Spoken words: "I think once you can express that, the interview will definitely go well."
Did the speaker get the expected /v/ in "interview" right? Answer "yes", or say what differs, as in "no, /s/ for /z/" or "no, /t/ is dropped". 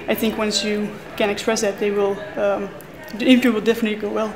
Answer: no, /f/ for /v/